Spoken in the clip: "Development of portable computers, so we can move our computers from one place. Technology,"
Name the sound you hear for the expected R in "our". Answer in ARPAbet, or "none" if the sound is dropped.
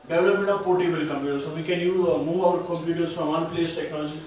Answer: W